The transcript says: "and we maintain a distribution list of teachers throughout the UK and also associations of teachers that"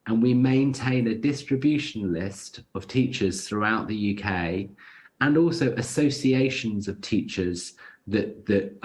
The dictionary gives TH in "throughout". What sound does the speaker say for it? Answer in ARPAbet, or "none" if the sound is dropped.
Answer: TH